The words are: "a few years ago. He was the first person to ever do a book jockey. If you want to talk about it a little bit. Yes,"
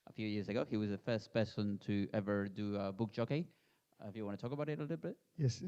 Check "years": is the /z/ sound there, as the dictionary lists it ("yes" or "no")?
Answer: yes